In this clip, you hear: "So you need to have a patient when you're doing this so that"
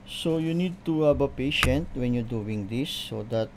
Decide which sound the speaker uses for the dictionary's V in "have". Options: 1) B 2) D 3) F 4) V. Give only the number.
1